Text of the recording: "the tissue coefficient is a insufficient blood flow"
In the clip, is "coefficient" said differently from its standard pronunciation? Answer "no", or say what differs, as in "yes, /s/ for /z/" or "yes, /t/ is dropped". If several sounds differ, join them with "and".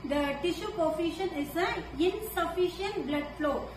yes, /t/ is dropped